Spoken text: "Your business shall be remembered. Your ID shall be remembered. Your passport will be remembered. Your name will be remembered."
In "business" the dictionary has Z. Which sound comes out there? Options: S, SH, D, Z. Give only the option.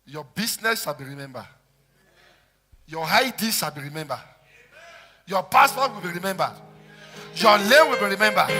S